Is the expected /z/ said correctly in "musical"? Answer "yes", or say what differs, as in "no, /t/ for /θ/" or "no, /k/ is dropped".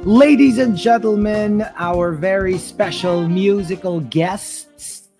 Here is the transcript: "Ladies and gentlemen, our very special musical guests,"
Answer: yes